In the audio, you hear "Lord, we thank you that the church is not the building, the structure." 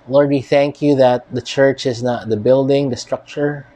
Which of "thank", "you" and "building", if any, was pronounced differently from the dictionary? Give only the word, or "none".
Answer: none